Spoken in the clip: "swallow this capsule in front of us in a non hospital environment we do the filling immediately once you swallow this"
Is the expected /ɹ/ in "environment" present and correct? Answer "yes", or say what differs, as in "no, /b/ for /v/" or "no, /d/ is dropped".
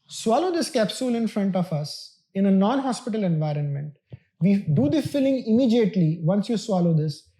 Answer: yes